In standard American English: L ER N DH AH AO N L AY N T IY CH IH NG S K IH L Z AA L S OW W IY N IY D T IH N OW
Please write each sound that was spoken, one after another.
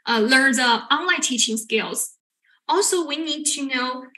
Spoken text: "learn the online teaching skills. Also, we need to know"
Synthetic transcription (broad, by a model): L ER N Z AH AO N L AY N T IY CH IH NG S K IH L Z AA L S OW W IY N IY D T IH N OW